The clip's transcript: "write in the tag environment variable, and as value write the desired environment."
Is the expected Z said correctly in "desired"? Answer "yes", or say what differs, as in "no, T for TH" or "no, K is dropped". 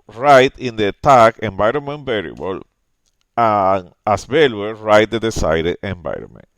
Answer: no, S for Z